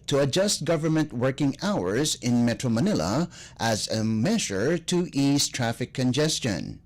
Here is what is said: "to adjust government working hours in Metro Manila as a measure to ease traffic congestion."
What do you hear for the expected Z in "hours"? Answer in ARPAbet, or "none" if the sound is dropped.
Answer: Z